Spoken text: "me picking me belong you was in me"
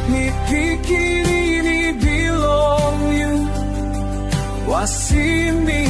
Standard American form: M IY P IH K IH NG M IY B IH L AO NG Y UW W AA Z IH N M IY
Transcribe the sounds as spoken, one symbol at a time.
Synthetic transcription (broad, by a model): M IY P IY K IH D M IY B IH L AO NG Y UW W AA S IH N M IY